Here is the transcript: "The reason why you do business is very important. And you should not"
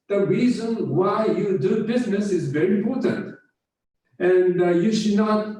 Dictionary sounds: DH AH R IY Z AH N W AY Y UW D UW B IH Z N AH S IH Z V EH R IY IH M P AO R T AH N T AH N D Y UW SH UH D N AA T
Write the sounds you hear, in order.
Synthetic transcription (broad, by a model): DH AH R IY Z AH N W AY Y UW D UW B IH Z N AH S IH Z V EH R IY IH M P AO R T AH N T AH N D Y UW SH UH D N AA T